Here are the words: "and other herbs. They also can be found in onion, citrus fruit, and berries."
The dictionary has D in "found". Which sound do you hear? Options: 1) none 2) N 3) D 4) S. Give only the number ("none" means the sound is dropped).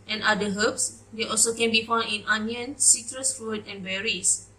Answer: 1